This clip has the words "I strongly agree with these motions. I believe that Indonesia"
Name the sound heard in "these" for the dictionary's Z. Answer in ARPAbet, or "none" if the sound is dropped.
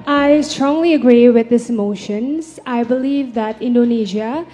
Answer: none